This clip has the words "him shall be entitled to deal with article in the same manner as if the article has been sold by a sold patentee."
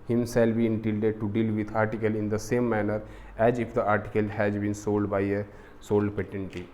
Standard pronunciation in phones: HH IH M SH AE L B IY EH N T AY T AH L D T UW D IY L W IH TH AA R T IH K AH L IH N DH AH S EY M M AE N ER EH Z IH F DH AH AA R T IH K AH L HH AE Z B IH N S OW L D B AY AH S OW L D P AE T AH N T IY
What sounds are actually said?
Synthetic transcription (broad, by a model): HH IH M S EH L B IY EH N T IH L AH D T UW D IY L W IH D AA R T IH K AH L IH N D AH S EY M M AE N ER EH Z IH F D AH AA R T IH K AH L HH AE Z B IH N S OW L D B AY AH S OW L D P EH T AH N T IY